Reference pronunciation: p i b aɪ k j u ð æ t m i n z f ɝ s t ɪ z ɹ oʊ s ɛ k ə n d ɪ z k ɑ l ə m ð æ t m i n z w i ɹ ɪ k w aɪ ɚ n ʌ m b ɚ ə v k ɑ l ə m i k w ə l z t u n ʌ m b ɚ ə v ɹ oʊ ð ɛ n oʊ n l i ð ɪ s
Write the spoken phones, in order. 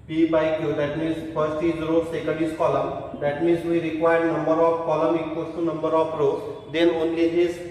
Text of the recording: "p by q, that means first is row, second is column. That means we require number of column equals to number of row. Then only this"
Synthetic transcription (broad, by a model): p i b aɪ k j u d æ t m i n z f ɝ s ɪ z ɹ oʊ s ɛ k ə n d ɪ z k ɑ l ə m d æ t m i n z w i ɹ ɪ k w aɪ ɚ n ʌ m b ɚ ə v k ɑ l ə m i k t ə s t u n ʌ m b ɚ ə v ɹ oʊ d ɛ n oʊ n l i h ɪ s